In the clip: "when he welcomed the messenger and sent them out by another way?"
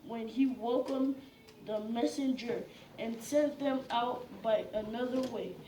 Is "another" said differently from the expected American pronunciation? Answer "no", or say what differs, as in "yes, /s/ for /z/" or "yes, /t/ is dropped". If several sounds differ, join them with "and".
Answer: no